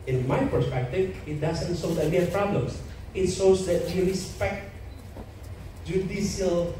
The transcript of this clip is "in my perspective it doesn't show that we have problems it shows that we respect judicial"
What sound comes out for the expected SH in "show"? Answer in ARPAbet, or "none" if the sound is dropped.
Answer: S